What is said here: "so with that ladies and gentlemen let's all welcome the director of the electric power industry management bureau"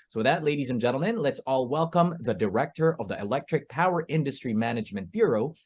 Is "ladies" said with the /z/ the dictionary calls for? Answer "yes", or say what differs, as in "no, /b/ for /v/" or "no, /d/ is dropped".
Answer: yes